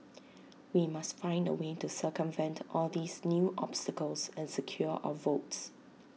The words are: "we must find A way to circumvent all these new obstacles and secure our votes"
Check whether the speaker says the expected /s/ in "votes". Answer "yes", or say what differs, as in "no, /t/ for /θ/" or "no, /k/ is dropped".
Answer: yes